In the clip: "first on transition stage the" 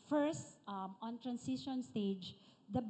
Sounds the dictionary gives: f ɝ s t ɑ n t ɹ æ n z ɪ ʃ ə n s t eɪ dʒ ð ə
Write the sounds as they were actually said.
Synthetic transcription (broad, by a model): f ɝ s t ɑ n t ɹ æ n s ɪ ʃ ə n s t eɪ dʒ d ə